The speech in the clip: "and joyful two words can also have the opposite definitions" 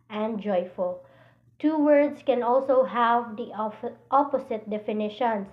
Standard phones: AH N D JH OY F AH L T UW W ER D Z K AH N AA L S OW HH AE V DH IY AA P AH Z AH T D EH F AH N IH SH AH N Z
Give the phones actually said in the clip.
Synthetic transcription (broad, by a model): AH N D JH OY F AH L T UW W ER D S K AH N AA L S OW HH AE V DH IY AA P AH S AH T D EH F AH N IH SH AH N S